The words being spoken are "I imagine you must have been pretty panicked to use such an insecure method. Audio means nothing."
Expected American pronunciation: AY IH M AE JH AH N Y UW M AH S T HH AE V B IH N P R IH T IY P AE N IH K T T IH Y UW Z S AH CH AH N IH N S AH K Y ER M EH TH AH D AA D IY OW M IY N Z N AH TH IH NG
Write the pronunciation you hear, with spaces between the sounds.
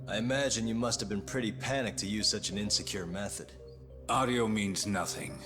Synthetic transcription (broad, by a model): AY IH M AE JH AH N Y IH M AH S T HH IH V B IH N P R IH T IY P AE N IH K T T IH Y UW Z S AH CH AH N IH N S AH K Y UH M EH TH AH D AA D IY OW M IY N Z N AH TH IH NG